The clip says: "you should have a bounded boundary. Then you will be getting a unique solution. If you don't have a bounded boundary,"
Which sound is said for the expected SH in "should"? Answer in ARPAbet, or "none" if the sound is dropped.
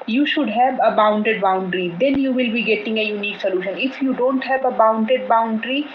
SH